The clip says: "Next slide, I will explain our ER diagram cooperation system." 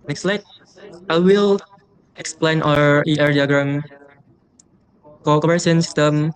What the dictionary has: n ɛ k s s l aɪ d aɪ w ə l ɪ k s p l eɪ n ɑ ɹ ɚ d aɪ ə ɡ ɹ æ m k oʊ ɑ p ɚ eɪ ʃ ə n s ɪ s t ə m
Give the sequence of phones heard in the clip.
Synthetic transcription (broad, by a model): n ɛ k s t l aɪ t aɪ w ə l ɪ k s p l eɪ n ɑ ɹ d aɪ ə ɡ ɹ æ m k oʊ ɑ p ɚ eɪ s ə n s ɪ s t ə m